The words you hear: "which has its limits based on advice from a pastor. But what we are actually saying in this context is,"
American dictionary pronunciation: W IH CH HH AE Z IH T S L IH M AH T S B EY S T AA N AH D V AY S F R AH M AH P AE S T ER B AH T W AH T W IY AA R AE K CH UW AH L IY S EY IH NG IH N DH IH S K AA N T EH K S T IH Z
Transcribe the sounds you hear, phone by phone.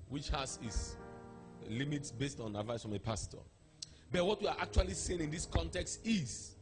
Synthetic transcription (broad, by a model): W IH CH HH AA S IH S L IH M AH T S B EY S T AA N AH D V AY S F R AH M AH P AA S T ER B AH T W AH T W IY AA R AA K CH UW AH L IY S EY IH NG IH N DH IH S K AA N T EH K S T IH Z